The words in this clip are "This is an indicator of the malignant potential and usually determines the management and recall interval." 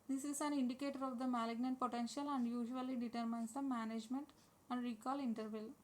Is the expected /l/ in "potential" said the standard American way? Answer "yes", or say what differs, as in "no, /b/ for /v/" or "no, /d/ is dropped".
yes